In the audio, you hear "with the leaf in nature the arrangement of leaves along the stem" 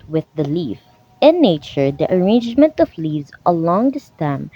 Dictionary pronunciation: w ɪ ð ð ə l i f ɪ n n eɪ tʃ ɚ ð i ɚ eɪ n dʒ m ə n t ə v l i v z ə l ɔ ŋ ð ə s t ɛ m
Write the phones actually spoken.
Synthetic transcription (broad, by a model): w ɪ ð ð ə l i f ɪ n n eɪ tʃ ɚ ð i ɚ eɪ n dʒ m ə n t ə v l i z ə l ɔ ŋ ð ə s t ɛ m